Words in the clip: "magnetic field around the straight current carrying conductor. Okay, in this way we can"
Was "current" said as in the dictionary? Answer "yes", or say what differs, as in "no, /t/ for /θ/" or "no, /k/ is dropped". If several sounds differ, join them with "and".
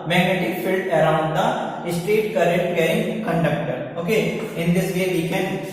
no, /n/ is dropped